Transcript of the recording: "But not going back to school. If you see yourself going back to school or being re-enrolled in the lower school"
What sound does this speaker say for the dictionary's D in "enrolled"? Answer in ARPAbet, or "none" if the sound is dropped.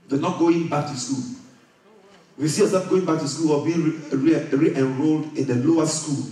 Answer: D